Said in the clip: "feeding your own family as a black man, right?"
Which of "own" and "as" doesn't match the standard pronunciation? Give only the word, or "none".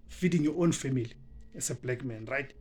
as